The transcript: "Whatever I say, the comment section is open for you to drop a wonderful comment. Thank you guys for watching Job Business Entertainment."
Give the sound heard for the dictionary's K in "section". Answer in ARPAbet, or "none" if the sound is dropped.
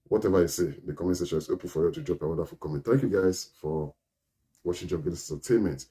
none